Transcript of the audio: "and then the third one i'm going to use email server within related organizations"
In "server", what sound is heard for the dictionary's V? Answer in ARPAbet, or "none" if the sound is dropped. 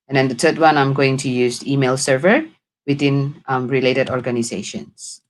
V